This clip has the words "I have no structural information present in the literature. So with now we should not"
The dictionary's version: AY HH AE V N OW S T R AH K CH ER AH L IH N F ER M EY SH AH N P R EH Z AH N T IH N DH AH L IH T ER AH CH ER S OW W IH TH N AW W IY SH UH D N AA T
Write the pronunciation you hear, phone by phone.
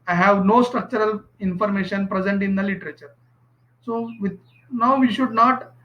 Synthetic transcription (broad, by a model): AY HH AE V N OW S T R AH K CH ER AH L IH N F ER M EY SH AH N P R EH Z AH N T IH N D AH L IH T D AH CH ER S OW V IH N AW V IY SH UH D N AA T